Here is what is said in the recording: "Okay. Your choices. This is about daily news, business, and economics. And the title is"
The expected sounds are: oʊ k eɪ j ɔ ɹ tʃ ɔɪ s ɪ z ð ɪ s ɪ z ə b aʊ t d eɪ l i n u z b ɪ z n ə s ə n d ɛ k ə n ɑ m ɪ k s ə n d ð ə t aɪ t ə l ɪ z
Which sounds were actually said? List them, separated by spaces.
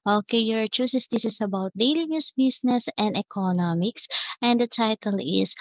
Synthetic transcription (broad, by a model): oʊ k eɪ j ɔ ɹ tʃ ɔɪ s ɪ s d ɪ s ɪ s ə b aʊ t d eɪ l i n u s b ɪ s n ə s ə n d ɛ k ə n ɑ m ɪ k s ə n d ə t aɪ t ə l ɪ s